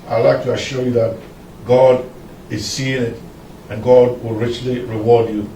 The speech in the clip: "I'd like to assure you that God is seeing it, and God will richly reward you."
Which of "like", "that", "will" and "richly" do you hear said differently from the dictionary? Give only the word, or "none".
none